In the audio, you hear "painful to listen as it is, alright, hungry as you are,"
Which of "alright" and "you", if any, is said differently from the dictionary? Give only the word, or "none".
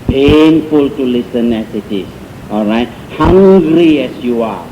none